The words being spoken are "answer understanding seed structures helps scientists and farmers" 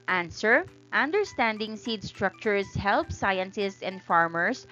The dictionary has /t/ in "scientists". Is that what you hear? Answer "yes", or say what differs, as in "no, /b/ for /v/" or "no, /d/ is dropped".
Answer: no, /s/ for /t/